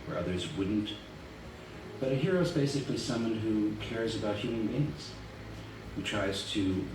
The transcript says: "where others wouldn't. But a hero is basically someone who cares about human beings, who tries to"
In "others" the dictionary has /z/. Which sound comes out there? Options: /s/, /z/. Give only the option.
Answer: /z/